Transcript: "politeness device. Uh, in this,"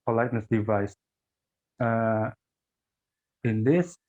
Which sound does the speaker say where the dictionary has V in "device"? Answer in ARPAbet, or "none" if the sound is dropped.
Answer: V